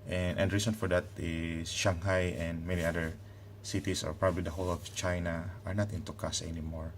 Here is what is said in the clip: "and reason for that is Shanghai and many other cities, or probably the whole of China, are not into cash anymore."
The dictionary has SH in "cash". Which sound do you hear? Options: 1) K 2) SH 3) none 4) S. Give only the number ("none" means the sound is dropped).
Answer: 4